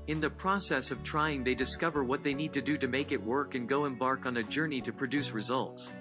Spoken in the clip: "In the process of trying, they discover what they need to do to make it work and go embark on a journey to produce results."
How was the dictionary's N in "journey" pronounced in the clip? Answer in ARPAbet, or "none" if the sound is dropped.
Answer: N